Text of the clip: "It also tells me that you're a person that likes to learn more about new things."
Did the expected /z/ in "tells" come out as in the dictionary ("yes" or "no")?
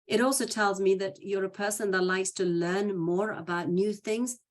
yes